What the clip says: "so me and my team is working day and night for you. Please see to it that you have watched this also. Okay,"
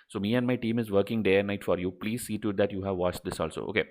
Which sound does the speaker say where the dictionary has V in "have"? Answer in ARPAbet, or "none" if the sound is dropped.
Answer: V